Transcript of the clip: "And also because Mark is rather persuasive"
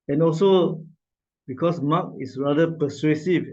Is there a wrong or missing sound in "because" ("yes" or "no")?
yes